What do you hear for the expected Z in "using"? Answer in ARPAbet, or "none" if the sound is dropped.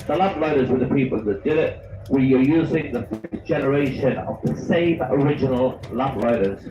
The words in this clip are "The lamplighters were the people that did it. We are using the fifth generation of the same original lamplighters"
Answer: Z